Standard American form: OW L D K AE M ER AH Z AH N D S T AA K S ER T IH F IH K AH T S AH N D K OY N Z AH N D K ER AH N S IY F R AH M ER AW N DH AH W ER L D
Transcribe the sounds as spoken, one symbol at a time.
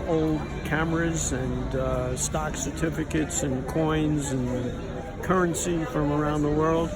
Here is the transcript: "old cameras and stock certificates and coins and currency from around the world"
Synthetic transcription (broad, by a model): OW L D K AE M ER AH Z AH N S T AA K S ER T IH F IH K AH T S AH N K OY N Z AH N K ER AH N S IY F R AH M ER AW N DH AH W ER L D